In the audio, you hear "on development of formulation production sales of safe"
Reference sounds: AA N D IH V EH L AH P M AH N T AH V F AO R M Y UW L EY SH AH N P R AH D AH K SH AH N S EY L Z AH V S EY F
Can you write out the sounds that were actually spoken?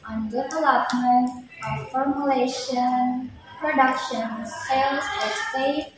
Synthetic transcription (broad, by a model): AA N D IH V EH L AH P M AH N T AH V F AO R M Y UW L EY SH AH N P R AH D AH K SH AH N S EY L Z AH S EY